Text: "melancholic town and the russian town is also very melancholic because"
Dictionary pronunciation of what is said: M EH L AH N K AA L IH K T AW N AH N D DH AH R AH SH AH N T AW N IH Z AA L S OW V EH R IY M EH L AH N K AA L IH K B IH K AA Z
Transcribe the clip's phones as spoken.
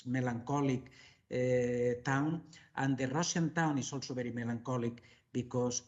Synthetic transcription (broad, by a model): M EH L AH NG K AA L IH K T AW N AH N D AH R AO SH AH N T AW N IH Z AA L S OW B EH R IY M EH L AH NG K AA L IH K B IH K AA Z